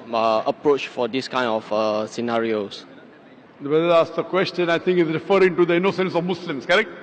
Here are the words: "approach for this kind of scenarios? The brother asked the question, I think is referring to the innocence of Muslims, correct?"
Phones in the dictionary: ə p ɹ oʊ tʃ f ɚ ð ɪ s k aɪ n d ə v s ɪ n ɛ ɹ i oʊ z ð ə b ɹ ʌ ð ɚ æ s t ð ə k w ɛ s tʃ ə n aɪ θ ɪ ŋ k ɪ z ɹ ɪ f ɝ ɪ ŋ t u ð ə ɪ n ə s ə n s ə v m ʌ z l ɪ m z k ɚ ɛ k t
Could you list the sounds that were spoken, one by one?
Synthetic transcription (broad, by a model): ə p ɹ oʊ tʃ f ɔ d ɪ s k aɪ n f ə s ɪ n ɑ ɹ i oʊ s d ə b ɛ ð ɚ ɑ s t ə k w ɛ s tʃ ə n aɪ t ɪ ŋ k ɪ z ɹ ɪ f ɝ ɪ ŋ t u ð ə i n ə s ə n s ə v m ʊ s l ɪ m s k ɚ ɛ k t